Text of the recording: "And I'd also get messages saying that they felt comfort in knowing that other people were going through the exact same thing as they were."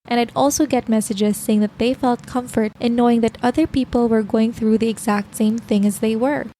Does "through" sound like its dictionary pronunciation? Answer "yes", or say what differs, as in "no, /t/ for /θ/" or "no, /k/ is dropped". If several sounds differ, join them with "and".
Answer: yes